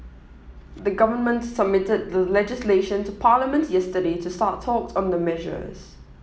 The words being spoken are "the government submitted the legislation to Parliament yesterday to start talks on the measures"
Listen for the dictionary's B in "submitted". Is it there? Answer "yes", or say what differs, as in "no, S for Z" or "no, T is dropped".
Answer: yes